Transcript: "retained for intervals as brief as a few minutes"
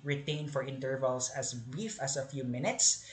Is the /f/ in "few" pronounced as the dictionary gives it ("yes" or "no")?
yes